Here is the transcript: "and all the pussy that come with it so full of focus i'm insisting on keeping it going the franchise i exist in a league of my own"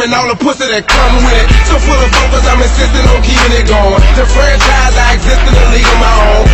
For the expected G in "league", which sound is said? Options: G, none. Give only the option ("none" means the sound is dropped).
none